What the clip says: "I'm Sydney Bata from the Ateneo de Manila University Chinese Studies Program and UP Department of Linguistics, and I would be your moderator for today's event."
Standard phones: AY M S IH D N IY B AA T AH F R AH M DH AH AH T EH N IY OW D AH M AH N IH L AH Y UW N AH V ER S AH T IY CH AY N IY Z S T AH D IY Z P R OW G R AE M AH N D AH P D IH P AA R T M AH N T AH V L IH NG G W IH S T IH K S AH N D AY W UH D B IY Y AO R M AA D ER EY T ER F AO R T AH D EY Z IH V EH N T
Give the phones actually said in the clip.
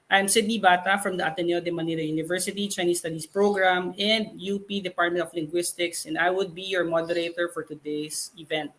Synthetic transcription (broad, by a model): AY M S IH D N IY B AA T AH F R AH M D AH AH T EH N IY OW D AH M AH N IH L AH Y UW N AH V ER S AH T IY CH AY N IY S T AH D IY S P R OW G R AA M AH N D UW P D IH P AA R T M AH N T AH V L IH NG G W IH S T IH K S AH N D AY W UH D B IY Y AO R M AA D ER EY T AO F AO R T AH D EY S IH V EH N T